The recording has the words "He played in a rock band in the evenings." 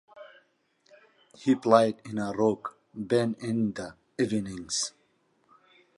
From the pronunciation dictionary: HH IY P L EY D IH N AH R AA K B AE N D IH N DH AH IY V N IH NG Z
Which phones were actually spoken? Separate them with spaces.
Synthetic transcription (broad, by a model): HH IY P L EY D IH N AH R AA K B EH N IH N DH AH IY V N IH NG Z